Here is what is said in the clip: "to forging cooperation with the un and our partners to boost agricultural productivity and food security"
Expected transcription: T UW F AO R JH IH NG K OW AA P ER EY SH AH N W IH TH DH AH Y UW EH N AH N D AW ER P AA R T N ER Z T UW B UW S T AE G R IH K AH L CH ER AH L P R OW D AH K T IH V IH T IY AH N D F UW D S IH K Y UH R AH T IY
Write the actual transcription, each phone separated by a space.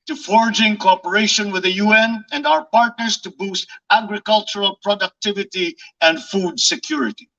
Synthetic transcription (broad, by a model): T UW F AO R JH IH NG K OW AA P ER EY SH AH N W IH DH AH Y UW EH N AH N D AW ER P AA R T N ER S T UW B UW S T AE G R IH K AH L CH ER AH L P R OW D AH K T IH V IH T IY AH N D F UW D S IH K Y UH R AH T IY